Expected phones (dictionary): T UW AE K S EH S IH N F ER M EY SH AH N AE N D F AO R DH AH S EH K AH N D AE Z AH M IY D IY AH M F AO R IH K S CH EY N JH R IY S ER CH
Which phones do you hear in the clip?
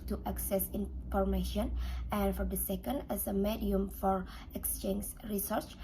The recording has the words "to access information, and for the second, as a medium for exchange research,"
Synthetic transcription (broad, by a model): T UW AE K S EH S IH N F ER M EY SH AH N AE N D F AO R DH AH S EH K AH N D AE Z AH M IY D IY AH M F AO R IH K S CH EY N JH R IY S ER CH